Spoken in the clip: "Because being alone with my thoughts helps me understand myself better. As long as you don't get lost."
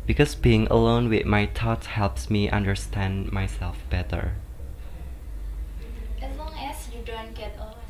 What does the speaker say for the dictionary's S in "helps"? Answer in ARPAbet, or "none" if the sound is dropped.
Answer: S